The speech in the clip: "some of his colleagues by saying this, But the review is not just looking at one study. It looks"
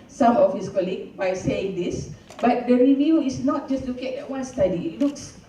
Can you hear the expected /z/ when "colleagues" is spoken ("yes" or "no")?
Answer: no